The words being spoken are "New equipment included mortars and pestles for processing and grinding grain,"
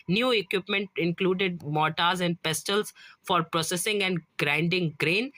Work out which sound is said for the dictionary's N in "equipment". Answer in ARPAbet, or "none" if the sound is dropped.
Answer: N